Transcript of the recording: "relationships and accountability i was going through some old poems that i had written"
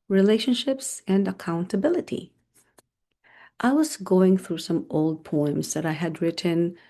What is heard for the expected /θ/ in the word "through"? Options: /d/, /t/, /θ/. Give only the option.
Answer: /θ/